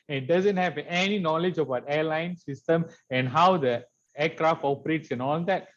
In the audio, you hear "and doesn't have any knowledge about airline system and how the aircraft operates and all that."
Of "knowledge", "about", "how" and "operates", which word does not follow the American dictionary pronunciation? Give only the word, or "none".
none